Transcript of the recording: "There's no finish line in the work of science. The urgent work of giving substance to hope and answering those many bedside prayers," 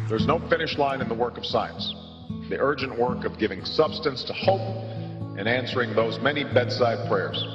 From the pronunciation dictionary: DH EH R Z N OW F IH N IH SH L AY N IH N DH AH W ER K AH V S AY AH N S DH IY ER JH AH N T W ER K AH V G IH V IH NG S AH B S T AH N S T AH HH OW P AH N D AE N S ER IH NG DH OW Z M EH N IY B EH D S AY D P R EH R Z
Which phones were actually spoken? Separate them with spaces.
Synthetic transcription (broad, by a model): DH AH R Z N OW F IH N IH SH L AY N IH N DH AH W ER K AH V S AY AH N S DH IY ER JH AH N T W ER K AH V G IH V IH NG S AH B S T AH N S T AH HH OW P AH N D AE N S ER IH NG DH OW Z M EH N IY B EH D S AY D P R EH R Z